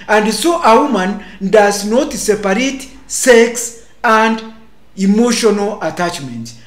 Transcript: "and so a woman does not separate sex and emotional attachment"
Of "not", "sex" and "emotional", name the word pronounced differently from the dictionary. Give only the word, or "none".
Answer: none